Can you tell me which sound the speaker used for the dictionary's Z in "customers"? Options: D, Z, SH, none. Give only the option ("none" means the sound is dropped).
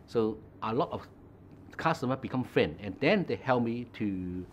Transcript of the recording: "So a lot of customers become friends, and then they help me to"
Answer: none